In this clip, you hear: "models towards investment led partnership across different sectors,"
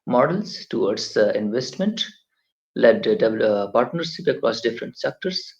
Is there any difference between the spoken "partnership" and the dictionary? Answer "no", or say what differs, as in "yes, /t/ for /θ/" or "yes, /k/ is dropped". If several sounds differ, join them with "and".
yes, /s/ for /ʃ/